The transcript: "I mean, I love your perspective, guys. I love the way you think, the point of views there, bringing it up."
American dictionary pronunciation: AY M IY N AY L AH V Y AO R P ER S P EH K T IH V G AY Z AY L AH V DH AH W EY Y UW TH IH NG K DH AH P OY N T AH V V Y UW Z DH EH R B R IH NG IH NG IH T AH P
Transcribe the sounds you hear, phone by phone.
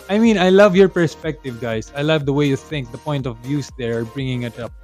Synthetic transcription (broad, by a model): AY M IY N AY L AH V Y AO R P ER S P EH K T IH V G AY S AY L AH V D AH W EY Y UW TH IH NG K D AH P OY N T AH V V Y UW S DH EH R B R IH NG IH NG IH T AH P